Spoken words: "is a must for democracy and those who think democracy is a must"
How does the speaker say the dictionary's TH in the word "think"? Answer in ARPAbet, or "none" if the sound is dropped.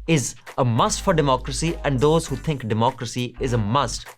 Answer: T